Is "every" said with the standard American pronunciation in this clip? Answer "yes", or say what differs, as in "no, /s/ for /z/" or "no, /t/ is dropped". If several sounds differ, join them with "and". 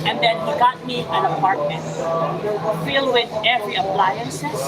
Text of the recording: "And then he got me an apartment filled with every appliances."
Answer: yes